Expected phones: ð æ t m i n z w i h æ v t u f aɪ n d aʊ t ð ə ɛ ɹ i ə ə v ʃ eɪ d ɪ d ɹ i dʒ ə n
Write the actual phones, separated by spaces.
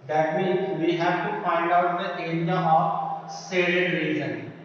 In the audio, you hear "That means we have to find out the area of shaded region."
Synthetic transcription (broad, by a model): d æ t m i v i h æ v t u f aɪ n d aʊ t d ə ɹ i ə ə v s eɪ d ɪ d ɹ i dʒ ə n